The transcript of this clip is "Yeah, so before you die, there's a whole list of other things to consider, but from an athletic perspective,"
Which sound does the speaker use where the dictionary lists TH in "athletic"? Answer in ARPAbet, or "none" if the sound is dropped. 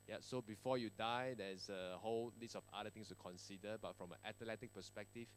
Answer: T